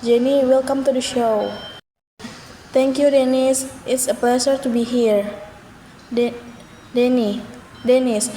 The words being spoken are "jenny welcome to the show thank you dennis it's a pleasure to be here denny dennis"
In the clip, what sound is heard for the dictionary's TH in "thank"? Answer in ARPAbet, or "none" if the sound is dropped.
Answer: T